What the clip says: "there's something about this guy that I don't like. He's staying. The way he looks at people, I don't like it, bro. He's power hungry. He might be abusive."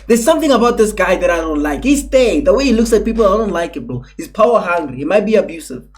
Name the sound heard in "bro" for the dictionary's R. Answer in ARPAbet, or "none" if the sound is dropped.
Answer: none